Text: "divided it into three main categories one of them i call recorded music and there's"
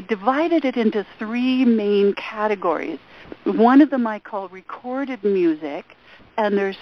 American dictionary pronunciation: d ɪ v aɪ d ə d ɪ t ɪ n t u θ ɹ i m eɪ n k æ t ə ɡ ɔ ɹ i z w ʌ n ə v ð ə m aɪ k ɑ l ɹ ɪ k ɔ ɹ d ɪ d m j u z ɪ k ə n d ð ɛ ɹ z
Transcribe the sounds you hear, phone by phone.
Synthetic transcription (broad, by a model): d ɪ v aɪ d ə d ɪ t ɪ n t u θ ɹ i m eɪ n k æ t ə ɡ ɔ ɹ i z w ʌ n ə v ð ə m aɪ k ɑ l ɹ ɪ k ɔ ɹ d ɪ d m j u z ɪ k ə n ð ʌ ɹ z